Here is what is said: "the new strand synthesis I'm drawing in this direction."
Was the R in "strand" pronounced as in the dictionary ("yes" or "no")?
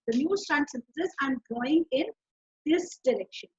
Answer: no